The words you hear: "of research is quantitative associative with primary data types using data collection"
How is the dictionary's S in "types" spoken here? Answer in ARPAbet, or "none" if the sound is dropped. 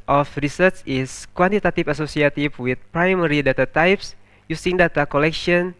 S